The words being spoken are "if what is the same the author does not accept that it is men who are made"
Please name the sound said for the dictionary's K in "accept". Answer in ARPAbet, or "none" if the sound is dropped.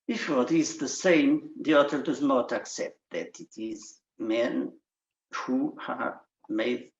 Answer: K